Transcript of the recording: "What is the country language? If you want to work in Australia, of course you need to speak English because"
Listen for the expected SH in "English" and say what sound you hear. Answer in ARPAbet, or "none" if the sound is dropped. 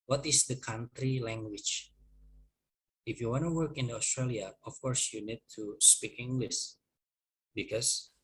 S